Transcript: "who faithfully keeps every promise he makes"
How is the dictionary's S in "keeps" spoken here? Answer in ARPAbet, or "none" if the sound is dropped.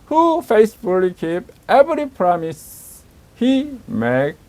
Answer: none